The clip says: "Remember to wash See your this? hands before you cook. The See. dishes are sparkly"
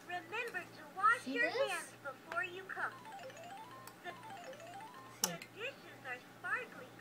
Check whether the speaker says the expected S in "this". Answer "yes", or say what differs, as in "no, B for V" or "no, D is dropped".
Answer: no, S is dropped